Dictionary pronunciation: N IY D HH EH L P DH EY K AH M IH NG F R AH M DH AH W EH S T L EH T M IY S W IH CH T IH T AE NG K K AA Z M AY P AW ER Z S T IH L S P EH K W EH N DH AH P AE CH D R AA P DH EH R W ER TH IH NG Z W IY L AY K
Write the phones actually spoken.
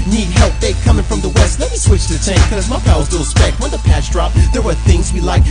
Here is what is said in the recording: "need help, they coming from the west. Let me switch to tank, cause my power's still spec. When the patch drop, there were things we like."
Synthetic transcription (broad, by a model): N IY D HH EH L P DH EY K AH M IH NG F R AH M DH AH W EH S T L EH T M IY S W IH CH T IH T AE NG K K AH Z M AY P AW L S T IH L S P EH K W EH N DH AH P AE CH D R AA P DH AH R W ER TH IH NG Z W IY L AY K